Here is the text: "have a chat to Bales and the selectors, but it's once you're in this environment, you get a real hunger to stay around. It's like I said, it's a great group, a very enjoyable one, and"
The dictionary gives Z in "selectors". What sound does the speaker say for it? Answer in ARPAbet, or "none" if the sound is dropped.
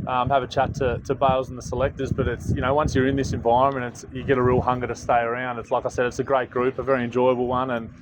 Z